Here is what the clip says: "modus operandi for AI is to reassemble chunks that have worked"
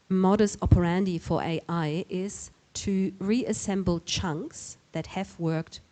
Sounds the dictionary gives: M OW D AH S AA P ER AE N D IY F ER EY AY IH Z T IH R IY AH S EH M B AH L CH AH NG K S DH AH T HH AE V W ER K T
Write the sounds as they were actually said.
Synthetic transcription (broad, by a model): M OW D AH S AA P ER AE N D IY F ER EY AY IH Z T IH R IY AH S EH M B L CH AH NG K S DH AH T HH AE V W ER K T